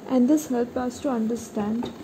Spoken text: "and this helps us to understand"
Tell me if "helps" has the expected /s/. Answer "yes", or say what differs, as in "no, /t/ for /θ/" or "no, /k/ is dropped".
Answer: no, /s/ is dropped